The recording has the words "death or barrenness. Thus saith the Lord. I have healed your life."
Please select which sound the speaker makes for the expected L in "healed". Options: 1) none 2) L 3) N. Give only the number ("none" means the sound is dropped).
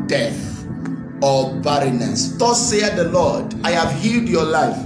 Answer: 2